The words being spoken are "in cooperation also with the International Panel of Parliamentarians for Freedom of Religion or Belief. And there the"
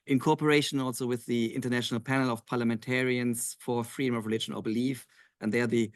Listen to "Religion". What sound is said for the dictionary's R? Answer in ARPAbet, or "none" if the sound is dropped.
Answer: R